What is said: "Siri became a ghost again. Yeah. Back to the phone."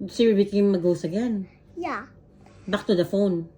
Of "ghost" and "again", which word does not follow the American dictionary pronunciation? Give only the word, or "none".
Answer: ghost